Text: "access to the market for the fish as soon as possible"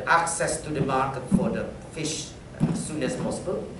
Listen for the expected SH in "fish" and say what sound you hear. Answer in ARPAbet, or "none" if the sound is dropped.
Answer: SH